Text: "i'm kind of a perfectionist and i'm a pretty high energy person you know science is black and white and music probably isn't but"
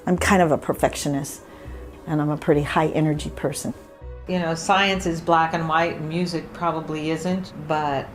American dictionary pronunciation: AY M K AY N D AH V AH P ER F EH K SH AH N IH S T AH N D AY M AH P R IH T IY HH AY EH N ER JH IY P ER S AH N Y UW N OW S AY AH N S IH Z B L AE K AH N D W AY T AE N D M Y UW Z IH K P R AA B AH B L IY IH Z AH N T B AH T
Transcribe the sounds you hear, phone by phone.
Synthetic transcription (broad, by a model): AY M K AY N D AH V AH P ER F EH K SH AH N IH S T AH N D AY M AH P R IH T IY HH AY EH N ER JH IY P ER S AH N Y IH N OW S AY AH N S IH Z B L AE K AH N W AY T M Y UW Z IH K P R AA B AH B L IY IH Z AH N T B AH T